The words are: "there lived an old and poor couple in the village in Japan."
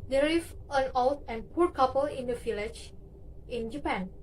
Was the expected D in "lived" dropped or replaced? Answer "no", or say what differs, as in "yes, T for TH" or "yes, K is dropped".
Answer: yes, D is dropped